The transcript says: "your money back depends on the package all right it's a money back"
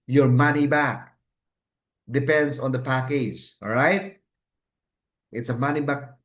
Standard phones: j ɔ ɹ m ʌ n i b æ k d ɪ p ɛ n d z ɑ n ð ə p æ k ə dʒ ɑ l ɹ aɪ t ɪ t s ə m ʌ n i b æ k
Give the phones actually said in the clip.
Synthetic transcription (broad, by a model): j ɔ ɹ m ʌ n i b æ k d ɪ p ɛ n d s ɑ n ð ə p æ k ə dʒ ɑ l ɹ aɪ t ɪ t s ə m ʌ n i b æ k